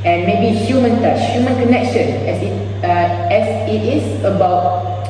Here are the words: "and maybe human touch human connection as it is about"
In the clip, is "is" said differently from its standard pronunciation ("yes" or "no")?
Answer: yes